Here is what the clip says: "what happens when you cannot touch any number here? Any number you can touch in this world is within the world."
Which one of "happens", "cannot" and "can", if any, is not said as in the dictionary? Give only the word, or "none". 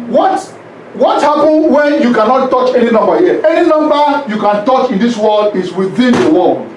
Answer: happens